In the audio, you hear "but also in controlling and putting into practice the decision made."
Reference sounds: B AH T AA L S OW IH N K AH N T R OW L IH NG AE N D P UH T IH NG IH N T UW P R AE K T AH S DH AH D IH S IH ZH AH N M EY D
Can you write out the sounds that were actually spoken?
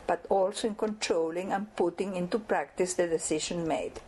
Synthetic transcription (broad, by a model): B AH T AA L S OW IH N K AH N T R OW L IH NG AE N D P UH T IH NG IH N T UW P R AE K T AH S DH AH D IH S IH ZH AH N M EY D